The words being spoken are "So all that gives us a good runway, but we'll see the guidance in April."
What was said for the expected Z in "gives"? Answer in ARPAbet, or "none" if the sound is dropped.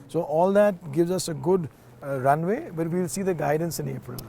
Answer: Z